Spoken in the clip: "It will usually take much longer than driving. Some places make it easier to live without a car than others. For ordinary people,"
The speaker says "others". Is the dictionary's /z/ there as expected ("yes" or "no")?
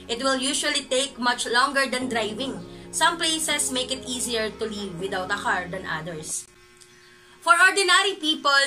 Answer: no